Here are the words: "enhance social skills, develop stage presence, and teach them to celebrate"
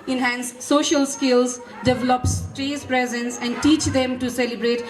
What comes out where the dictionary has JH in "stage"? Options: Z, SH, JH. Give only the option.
Z